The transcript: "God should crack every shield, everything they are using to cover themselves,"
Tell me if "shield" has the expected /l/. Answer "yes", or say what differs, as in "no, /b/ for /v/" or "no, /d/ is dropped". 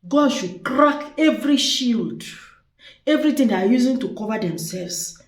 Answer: yes